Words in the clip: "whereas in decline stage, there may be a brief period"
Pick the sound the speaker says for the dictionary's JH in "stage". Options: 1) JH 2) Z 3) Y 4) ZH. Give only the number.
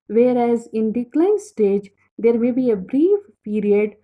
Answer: 1